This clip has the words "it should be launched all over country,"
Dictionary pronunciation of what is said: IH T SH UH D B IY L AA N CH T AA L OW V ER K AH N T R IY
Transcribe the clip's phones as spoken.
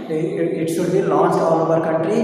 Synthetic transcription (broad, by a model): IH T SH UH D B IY L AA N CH AA L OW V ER K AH N T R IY